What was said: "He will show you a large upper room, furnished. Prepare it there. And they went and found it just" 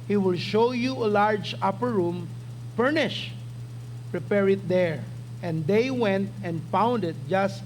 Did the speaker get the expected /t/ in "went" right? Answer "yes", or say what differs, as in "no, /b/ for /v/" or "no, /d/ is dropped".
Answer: yes